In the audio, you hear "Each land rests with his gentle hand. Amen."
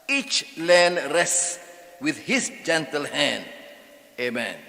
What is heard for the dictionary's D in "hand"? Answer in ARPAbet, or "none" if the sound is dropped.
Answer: D